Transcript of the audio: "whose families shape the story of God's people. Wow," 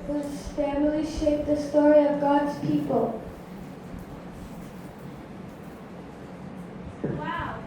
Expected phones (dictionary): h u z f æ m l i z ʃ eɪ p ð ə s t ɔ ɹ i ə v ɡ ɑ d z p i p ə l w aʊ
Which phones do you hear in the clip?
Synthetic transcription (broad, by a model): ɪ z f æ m l i ʃ eɪ p ð ə s t ɔ ɹ i ə v ɡ ɑ d z p i p ə l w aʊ